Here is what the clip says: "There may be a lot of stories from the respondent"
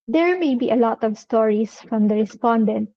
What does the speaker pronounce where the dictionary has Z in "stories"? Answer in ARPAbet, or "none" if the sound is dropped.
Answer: S